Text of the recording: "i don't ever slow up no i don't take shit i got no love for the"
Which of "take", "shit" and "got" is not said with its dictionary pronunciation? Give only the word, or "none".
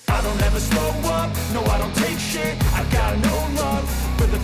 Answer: shit